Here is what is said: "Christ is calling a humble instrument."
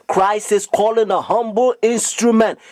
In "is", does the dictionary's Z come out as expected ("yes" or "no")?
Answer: no